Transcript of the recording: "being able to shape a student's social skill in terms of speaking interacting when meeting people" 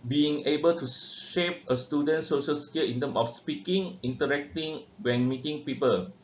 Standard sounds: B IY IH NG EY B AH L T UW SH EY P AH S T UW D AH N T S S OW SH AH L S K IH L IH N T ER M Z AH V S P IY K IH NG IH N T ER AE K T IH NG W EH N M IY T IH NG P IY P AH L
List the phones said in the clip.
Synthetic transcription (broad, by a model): B IY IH NG EY B AH L T UW SH EY P AH S T UW D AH N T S S OW SH AH L S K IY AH IH N T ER M AH F S P IY K IH NG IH N T ER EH K T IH NG W EH N M IY T IH NG P IY P AH L